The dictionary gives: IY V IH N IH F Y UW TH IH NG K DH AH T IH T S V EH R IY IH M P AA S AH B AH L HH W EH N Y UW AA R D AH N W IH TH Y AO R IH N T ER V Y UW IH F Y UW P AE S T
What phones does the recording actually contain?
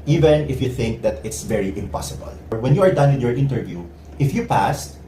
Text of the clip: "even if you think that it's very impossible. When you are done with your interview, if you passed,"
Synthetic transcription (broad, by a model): IY V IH N IH F Y UW TH IH NG K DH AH T IH T S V EH R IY IH M P AA S AH B AH L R W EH N Y UW AA R D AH N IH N Y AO R IH N T ER V Y UW IH F Y UW P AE S T